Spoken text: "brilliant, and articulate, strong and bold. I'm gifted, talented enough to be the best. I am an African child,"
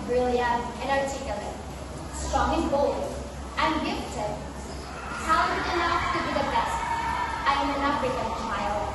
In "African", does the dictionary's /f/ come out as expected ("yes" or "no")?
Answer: no